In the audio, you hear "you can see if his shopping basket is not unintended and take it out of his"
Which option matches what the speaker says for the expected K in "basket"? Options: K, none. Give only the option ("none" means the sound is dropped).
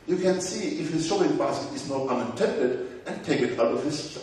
none